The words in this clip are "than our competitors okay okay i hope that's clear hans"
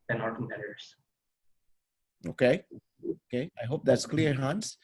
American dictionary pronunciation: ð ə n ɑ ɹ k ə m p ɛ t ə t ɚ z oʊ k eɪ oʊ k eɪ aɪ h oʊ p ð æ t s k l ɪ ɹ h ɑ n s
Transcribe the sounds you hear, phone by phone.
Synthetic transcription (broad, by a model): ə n ɑ ɹ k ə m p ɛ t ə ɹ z oʊ k eɪ oʊ k eɪ aɪ h oʊ p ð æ t s k l ɪ ɹ h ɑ n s